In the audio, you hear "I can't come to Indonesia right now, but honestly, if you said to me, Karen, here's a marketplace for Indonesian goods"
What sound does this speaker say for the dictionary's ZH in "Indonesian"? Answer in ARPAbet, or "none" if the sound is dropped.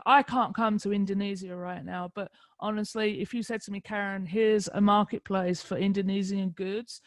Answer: Z